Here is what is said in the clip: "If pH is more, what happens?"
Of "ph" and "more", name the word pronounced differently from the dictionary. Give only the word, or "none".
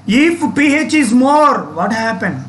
none